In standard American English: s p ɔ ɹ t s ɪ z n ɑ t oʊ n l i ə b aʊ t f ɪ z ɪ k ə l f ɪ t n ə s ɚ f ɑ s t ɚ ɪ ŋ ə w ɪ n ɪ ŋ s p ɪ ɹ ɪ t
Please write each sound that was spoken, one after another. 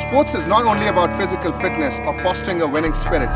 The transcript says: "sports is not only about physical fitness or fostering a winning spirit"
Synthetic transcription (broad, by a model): s p ɔ ɹ t s ɪ z n ɑ t oʊ n l i ə b aʊ t f ɪ z ɪ k ə l f ɪ t n ə s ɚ f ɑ s t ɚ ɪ ŋ ə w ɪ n ɪ ŋ s p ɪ ɹ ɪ t